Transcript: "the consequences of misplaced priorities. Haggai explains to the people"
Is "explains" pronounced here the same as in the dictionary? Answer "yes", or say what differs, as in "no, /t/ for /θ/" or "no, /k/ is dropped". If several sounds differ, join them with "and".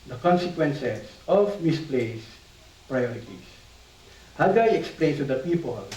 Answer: no, /z/ is dropped